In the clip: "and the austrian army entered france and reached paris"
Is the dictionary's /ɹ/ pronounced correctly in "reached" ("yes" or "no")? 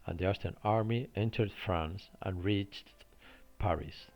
yes